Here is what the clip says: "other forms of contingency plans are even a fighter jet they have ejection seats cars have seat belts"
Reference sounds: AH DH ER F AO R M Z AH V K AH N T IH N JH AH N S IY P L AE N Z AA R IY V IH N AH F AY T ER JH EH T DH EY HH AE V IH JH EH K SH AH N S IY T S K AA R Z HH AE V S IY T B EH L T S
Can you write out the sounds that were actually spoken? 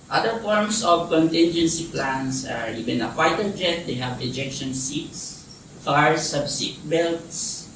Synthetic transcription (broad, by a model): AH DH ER F AO R M S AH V K AH N T IH N JH AH N S IY P L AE N S AA R IY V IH N AH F AY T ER JH EH T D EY HH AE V IH JH EH K SH AH N S IY T S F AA R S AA B S IY T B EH L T S